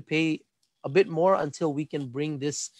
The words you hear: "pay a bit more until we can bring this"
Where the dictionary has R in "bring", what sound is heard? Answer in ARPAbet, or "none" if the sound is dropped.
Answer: R